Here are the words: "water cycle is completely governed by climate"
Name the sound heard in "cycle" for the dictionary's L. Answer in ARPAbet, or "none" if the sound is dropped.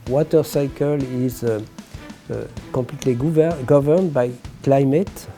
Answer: L